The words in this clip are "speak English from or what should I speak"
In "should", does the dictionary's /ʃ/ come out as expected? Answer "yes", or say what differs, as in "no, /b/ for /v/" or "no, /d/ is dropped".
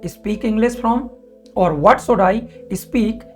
no, /s/ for /ʃ/